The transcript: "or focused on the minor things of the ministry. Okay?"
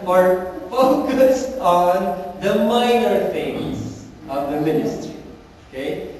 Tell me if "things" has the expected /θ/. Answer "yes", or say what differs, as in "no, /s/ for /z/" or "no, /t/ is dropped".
no, /f/ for /θ/